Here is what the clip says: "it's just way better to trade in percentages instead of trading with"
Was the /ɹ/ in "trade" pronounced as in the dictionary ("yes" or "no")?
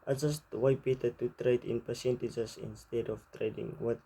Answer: yes